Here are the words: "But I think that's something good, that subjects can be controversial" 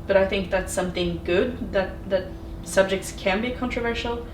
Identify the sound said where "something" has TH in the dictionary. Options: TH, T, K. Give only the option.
TH